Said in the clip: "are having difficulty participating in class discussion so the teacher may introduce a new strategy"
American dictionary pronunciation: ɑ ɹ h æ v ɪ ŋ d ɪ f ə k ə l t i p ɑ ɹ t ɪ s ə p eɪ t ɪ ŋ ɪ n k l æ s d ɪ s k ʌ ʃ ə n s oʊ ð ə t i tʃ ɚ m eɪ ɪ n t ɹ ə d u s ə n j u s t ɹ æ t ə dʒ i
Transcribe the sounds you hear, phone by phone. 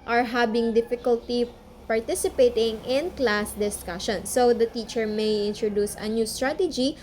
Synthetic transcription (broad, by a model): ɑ ɹ h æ b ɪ ŋ d ɪ f ə k ə l t i p ɑ ɹ t ɪ s ə p eɪ t ɪ ŋ ɪ n k l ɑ s d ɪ s k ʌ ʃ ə n s oʊ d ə t i tʃ ɚ m eɪ ɪ n t ɹ ə d u s ə n j u s t ɹ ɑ t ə dʒ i